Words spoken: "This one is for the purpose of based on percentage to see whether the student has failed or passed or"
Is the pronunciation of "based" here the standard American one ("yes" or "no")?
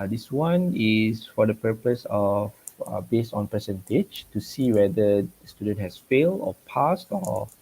yes